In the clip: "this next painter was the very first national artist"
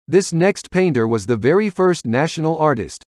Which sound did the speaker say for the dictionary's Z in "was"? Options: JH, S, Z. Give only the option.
Z